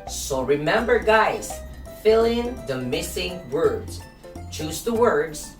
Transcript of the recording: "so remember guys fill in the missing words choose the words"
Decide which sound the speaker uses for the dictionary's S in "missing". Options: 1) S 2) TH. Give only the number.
1